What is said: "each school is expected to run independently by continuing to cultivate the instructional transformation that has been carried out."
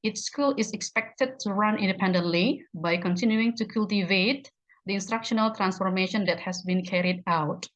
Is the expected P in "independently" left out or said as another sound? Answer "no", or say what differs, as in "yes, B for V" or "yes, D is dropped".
no